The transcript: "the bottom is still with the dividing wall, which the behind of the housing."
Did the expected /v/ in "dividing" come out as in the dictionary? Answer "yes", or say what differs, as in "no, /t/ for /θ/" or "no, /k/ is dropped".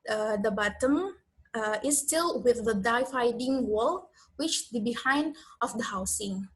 no, /f/ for /v/